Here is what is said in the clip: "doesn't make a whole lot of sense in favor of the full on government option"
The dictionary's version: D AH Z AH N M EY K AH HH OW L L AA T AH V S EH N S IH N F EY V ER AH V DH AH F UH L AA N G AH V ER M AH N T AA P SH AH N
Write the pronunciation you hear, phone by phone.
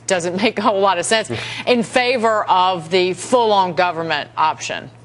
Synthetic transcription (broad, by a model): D AH Z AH N M EY AH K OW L L AA T AH V S EH N S IH N F EY V ER AH V DH AH F UH L AA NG G AH V ER M AH N T AA P SH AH N